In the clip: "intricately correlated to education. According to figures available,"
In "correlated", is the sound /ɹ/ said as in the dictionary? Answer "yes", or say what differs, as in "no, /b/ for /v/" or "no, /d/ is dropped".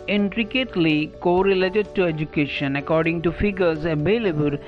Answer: yes